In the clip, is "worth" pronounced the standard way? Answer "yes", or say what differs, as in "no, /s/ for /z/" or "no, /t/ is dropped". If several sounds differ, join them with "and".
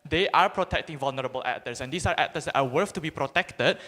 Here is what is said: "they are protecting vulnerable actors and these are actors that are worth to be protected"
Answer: no, /f/ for /θ/